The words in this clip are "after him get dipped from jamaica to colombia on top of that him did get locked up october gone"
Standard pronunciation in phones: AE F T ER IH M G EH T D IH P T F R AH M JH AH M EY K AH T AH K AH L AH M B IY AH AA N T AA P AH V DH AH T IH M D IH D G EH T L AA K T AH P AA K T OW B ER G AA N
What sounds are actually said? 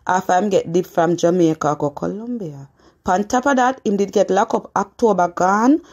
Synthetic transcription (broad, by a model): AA F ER IH M G EH T D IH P F R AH M JH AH M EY K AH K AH K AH L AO M B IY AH AA N T AA P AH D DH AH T IH M D IH D G EH T L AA K AO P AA K T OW B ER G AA N